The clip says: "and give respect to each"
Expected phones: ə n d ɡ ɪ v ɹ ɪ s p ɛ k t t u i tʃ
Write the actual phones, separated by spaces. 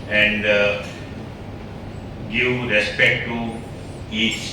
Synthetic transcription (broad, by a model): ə n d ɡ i w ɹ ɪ s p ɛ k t t u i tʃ